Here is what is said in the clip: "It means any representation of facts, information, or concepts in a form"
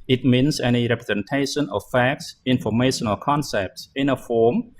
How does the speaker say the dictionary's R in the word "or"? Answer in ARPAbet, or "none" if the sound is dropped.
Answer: L